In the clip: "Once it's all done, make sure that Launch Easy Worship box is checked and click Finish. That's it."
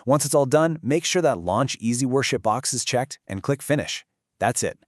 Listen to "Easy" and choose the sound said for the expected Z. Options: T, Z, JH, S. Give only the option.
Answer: Z